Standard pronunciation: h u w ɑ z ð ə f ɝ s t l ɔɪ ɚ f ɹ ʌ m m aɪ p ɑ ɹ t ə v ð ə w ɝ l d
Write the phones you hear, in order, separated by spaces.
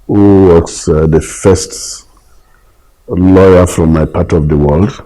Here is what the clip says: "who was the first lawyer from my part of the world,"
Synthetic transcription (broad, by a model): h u w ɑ s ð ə f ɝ s t l ɔɪ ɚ f ɹ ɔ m m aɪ p ɑ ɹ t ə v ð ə w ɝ l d